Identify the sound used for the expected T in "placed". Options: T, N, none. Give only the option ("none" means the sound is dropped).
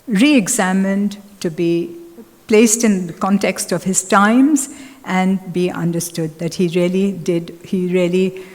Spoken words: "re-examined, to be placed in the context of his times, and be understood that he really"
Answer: T